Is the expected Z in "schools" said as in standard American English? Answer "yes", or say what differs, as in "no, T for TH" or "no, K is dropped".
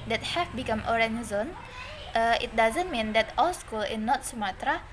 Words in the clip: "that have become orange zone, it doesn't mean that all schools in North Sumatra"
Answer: no, Z is dropped